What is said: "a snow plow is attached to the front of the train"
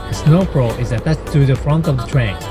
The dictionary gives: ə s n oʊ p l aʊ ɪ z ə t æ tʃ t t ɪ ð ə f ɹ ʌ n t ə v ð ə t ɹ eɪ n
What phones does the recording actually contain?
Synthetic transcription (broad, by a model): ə s n oʊ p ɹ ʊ ɪ z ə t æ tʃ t t ɪ ð ə f ɹ ʌ n t ə v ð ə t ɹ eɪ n